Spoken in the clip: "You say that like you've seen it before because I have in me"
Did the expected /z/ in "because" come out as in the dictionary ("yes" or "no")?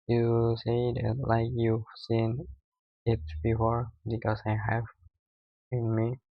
no